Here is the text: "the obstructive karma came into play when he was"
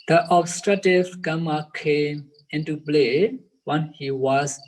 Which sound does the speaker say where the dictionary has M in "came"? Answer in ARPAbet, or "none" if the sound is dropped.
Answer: M